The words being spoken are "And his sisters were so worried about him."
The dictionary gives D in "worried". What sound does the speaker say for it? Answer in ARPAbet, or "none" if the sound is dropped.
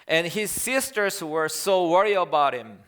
none